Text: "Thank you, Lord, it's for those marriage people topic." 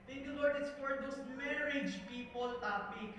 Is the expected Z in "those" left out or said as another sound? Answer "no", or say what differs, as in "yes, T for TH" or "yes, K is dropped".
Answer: yes, S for Z